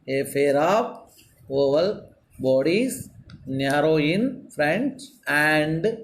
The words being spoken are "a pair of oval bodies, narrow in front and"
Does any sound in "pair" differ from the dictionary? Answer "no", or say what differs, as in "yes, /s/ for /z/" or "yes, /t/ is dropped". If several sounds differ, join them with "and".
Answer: yes, /f/ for /p/